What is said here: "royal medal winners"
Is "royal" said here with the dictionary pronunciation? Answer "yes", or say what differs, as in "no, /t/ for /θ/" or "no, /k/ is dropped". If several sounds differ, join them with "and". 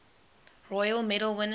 yes